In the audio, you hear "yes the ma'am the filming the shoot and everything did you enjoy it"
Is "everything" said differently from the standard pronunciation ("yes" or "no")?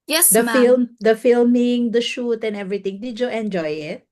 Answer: yes